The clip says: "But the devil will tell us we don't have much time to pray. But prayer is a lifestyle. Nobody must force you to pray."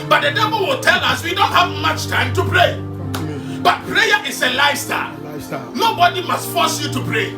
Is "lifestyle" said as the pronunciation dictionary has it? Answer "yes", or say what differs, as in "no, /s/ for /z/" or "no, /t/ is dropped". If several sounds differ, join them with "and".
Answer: no, /f/ is dropped